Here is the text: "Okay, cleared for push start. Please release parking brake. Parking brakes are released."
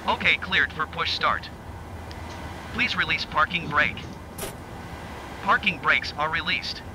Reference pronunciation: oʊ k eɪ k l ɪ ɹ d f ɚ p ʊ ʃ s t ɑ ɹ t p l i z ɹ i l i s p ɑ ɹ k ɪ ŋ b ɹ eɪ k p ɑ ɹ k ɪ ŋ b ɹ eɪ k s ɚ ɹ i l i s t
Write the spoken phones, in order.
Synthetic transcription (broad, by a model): oʊ k eɪ k l ɪ ɹ d f ɚ p ʊ ʃ s t ɑ ɹ t p l i z ɹ i l i s p ɑ ɹ k ɪ ŋ b ɹ eɪ k p ɑ ɹ k ɪ ŋ b ɹ eɪ k s ɚ ɹ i l i s t